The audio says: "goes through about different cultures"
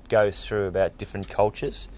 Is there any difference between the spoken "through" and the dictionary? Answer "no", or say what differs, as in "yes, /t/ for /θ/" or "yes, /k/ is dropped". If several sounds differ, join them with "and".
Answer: no